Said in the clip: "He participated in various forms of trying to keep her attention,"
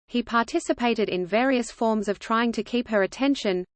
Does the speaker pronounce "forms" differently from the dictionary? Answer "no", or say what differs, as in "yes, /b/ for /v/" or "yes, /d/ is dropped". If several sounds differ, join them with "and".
no